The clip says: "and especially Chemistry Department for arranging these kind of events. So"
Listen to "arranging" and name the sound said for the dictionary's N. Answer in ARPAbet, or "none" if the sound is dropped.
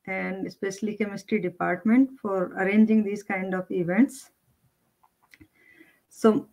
N